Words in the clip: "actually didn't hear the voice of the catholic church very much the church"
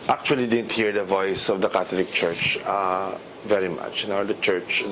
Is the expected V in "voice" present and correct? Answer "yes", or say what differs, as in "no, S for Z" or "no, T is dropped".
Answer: yes